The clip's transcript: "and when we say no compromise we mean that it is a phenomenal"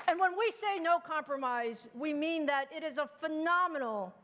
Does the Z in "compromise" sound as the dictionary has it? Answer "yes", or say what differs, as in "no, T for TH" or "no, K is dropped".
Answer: yes